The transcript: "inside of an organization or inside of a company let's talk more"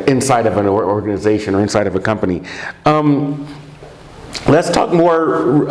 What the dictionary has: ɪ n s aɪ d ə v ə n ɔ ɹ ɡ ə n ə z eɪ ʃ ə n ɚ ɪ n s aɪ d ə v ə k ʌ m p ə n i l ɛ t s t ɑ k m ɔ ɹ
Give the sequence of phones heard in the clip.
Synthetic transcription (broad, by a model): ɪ n s aɪ d ə v ə n ɔ ɹ ɡ ə n ə z eɪ ʃ ə n ɚ ɪ n s aɪ d ə v ə k ʌ m p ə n i l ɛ t s t ɑ k m ɔ ɹ